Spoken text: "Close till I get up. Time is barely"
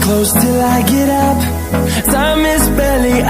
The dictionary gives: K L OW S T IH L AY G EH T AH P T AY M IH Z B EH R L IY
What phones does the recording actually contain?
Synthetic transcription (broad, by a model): K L OW S T IH L AY G EH T AH P S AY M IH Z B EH L IY